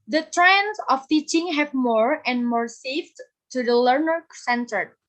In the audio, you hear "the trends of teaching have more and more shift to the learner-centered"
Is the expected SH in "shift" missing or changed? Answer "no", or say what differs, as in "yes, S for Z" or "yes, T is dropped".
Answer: yes, S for SH